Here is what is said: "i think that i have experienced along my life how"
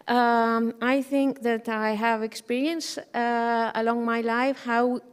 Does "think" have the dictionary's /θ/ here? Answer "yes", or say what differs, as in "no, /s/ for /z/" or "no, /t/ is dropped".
yes